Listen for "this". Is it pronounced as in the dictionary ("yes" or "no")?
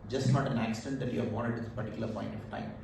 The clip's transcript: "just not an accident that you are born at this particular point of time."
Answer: no